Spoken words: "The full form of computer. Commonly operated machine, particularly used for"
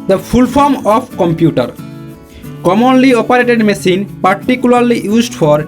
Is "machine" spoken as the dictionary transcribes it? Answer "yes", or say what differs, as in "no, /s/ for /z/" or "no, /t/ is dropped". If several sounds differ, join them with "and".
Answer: no, /s/ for /ʃ/